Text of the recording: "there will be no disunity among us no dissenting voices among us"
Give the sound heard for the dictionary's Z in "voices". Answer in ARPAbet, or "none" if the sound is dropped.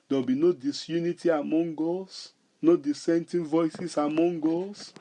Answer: S